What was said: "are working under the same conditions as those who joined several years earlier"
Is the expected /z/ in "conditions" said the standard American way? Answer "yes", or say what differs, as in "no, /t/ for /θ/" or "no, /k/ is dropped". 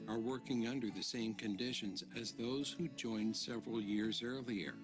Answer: yes